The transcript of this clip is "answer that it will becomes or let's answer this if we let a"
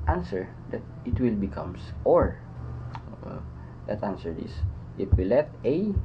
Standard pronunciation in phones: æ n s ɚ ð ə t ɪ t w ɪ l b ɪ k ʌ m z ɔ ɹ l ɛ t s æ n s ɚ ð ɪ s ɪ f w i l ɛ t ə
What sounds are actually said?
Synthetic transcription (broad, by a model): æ n s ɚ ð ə t ɪ t w ɪ l b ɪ k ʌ m s ɔ ɹ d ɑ t æ n s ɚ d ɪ s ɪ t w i l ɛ t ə